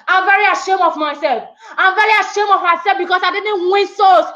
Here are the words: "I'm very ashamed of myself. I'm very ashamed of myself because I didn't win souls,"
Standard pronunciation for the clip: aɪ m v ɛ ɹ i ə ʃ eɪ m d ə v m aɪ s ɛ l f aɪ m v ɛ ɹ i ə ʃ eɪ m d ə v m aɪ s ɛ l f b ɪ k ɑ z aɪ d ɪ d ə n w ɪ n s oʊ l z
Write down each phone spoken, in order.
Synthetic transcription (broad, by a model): aɪ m v ɛ ɹ i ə ʃ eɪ m ə v m aɪ s ɛ l f aɪ m v ɛ ɹ i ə ʃ eɪ m ə v m aɪ s ɛ l f b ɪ k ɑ s aɪ d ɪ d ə n w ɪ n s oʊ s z